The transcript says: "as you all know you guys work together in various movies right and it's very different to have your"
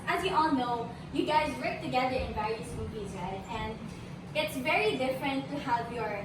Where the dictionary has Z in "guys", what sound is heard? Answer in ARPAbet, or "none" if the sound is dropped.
Z